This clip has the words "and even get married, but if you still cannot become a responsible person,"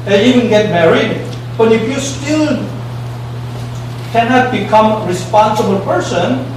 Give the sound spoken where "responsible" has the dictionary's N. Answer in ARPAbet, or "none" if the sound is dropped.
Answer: N